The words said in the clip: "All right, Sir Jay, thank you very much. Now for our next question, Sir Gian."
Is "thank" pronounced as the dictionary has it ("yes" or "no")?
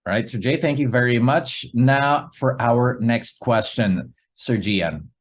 yes